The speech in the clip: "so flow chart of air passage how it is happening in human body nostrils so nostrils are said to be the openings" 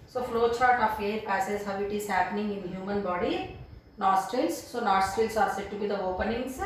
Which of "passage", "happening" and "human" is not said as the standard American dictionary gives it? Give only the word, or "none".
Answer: passage